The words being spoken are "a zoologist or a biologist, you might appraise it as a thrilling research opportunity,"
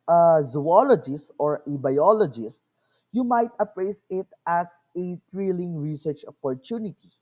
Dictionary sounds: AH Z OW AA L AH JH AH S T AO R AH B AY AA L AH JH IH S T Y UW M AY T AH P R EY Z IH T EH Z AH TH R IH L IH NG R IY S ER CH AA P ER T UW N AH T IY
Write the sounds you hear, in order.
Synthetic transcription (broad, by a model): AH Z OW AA L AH JH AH S T AO R AH B AY AA L AH JH IH S T Y UW M AY T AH P R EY S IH T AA S AH T R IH L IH NG R IY S ER CH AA P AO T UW N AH T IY